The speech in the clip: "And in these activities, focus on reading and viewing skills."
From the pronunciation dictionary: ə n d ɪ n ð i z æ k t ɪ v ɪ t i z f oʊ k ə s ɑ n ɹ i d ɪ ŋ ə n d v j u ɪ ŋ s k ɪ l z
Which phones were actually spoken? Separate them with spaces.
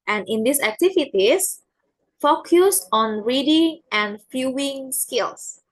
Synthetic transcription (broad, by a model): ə n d ɪ n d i s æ k t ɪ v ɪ t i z f oʊ k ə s ɑ n ɹ i d ɪ ŋ ə n d f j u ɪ ŋ s k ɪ l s